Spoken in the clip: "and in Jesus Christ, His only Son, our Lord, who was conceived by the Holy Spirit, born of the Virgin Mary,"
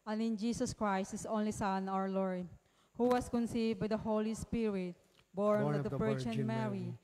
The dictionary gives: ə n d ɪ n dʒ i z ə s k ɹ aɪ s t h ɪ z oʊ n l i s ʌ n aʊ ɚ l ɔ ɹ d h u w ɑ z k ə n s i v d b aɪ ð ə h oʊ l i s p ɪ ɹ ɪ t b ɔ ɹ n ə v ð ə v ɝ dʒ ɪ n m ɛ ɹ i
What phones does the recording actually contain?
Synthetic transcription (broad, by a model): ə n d ɪ n dʒ i s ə s k ɹ aɪ s t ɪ s oʊ n l i s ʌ n aʊ ɚ l ɔ ɹ d h u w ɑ s k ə n s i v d b aɪ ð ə h oʊ l i s p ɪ ɹ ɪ t b ɔ ɹ n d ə p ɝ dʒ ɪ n m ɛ ɹ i